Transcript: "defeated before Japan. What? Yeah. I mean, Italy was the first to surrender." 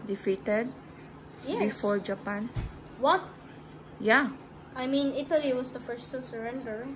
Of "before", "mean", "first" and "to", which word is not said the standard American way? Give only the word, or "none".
to